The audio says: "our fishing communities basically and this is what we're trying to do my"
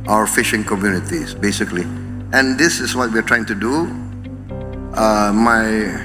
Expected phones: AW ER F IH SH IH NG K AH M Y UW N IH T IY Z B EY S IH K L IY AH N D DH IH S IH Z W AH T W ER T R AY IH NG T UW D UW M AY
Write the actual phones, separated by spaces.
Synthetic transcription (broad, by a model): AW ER F IH SH IH NG K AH M Y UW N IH T IY S B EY S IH K L IY AH N D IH S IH S W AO T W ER T R AY IH NG T UW D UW M AY